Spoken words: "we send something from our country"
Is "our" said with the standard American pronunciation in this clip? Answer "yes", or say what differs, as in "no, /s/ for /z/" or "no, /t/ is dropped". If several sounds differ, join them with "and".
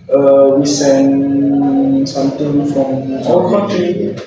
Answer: no, /l/ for /ɹ/